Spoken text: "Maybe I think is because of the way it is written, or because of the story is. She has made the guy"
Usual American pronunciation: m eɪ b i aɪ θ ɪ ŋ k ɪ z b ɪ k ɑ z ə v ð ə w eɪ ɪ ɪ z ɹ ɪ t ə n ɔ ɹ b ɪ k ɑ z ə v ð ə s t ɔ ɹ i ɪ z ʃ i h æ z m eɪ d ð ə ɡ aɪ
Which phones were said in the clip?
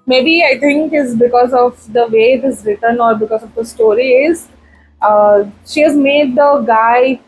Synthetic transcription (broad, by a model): m eɪ b i aɪ t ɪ ŋ k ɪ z b ɪ k ɑ z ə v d ə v eɪ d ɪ s ɹ ɪ t ə n ɔ ɹ b ɪ k ɑ z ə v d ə s t ɔ ɹ i ɪ z ʃ i h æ z m eɪ d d ə ɡ aɪ